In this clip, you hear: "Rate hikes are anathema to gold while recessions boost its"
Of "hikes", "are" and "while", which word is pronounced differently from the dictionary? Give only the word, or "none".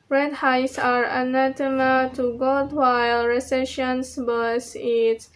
hikes